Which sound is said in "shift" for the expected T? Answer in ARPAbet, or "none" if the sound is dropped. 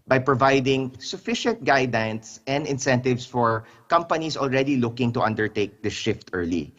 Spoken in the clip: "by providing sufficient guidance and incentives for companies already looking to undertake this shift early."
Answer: T